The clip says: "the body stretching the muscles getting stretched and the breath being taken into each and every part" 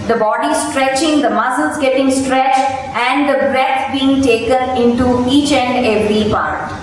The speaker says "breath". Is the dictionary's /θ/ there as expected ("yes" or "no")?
no